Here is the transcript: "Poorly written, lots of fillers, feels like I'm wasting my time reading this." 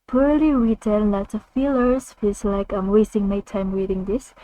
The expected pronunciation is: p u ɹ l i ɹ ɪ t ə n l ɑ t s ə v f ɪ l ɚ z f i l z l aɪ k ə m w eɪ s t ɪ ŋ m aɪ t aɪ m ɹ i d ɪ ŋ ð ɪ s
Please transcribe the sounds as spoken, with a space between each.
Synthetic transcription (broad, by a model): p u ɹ l i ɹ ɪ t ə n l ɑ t ə f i l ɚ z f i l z l aɪ k ə m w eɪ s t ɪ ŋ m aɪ t aɪ m ɹ i d ɪ ŋ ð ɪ s